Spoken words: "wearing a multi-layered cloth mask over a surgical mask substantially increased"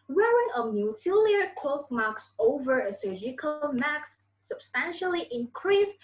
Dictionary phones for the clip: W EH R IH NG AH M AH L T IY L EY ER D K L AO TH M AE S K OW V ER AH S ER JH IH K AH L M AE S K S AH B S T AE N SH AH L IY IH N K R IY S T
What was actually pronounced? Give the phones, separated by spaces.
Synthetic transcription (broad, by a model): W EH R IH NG AH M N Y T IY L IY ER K AO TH M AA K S OW V ER AH S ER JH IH K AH L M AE K S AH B S T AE N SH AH L IY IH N K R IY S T